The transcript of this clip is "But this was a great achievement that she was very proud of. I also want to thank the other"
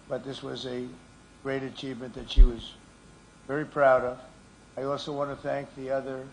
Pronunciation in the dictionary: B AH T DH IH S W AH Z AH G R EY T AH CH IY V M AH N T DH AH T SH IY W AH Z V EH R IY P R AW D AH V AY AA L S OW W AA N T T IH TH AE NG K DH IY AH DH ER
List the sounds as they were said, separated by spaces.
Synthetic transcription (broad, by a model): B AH T DH IH S W AH Z AH G R EY T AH CH IY V M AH N DH AH T SH IY W AH Z V EH R IY P R AW D AH V AY AA L S OW W AA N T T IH TH AE NG K DH IY AH DH ER